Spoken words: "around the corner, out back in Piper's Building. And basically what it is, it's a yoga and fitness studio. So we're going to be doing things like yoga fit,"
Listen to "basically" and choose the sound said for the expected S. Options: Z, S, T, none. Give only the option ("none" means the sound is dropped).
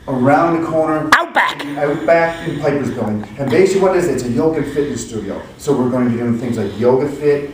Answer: none